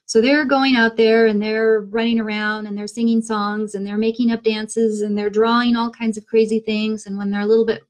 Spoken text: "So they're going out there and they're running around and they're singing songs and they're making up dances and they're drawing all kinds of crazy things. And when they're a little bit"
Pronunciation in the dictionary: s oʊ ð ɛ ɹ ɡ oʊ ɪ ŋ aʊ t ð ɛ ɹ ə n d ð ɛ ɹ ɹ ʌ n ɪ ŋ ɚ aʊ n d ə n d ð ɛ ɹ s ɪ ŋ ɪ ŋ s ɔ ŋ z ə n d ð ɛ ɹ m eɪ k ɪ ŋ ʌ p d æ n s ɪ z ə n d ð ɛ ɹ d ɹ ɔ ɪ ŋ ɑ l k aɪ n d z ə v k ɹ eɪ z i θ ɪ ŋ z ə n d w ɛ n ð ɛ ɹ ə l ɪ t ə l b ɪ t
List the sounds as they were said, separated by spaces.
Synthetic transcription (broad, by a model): s oʊ ð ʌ ɹ ɡ oʊ ɪ ŋ aʊ t ð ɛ ɹ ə n ð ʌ ɹ ɹ ʌ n ɪ ŋ ɚ aʊ n d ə n ð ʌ ɹ s ɪ ŋ ɪ ŋ s ɔ ŋ z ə n ð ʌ ɹ m eɪ k ɪ ŋ ʌ p d æ n s ɪ z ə n ð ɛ ɹ d ɹ ɔ ɪ ŋ ɑ l k aɪ n d z ə v k ɹ eɪ z i θ ɪ ŋ z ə n w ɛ n ð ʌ ɹ ə l ɪ t l b ɪ t